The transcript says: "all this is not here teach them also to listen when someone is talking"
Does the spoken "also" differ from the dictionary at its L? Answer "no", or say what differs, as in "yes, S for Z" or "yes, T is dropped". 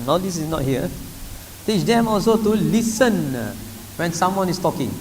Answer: no